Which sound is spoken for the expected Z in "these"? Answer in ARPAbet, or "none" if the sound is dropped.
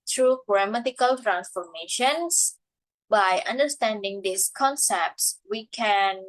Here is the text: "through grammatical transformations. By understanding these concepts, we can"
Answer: S